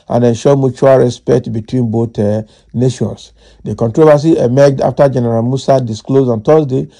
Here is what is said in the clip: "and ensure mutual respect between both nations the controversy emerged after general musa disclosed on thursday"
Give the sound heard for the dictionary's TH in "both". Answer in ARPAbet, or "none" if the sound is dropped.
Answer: T